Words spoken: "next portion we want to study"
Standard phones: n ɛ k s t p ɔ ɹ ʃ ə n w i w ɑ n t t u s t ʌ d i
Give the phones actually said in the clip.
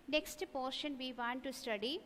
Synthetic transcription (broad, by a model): n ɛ k s t p ɔ ɹ ʃ ə n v i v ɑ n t t u s t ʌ d i